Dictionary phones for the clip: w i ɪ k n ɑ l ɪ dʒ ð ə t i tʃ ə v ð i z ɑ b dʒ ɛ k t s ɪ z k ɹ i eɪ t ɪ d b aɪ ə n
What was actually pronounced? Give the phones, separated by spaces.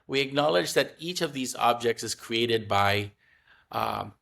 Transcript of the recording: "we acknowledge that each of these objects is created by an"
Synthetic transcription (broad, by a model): w i ɪ k n ɑ l ɪ dʒ ð ə t i tʃ ə v ð i z ɑ b dʒ ɛ k t s ɪ z k ɹ i eɪ t ɪ d b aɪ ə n